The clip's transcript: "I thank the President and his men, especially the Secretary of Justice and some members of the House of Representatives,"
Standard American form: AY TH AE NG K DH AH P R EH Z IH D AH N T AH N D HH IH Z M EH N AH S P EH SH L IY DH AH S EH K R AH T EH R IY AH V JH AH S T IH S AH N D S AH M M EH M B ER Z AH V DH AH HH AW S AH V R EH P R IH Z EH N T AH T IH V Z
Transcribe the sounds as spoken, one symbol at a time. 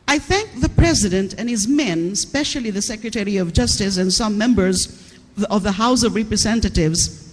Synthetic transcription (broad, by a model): AY TH AE NG K DH AH P R EH Z IH D AH N T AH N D HH IH Z M EH N S P EH SH L IY DH AH S EH K R AH T EH R IY AH V JH AH S T IH S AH N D S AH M M EH M B ER Z AH V DH AH HH AW S AH V R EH P R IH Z EH N T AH T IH V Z